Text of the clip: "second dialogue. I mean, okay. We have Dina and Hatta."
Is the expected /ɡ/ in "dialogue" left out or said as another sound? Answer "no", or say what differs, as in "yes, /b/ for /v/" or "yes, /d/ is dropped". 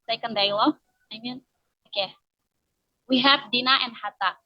yes, /ɡ/ is dropped